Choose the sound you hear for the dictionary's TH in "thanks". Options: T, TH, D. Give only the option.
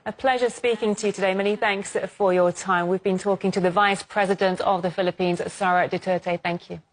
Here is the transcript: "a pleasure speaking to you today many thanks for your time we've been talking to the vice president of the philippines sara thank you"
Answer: TH